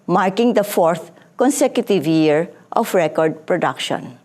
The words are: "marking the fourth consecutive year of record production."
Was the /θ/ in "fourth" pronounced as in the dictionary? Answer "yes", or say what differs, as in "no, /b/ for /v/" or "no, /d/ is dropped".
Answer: no, /t/ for /θ/